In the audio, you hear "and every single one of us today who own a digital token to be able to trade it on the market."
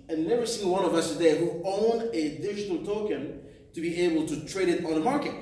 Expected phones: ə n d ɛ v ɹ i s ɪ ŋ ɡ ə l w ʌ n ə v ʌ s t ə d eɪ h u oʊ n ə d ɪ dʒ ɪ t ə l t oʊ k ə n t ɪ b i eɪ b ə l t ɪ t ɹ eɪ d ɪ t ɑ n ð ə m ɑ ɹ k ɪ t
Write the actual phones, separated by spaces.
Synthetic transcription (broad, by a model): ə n ɛ v i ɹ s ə n w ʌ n ə v ʌ s t ə d eɪ h u oʊ n d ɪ ɪ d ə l t oʊ k ə n t ɪ b i eɪ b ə l t ɪ t ɹ eɪ d ɪ t n ð ə m ɑ ɹ k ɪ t